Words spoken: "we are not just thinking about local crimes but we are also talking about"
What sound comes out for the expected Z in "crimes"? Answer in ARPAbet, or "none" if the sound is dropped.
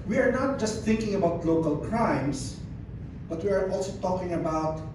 S